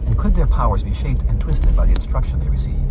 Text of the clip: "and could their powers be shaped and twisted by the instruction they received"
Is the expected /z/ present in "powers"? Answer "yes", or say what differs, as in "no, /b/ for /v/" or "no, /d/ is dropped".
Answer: yes